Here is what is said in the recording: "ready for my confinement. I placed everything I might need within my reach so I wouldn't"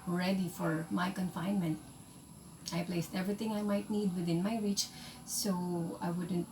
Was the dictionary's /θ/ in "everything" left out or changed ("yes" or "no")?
yes